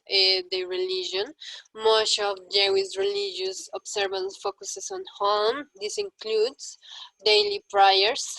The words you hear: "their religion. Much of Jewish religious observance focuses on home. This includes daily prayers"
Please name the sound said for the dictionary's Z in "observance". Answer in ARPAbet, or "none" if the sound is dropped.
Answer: S